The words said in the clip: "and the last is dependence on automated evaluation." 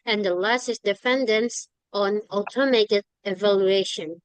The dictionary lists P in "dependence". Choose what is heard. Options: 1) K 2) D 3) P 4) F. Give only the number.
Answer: 4